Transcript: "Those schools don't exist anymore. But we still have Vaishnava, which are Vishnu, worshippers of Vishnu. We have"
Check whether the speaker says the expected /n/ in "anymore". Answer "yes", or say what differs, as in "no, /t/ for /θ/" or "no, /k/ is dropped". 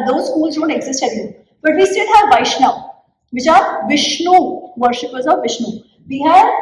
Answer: no, /l/ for /n/